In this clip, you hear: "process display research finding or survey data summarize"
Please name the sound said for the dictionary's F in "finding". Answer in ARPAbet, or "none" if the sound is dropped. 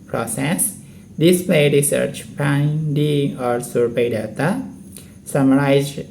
P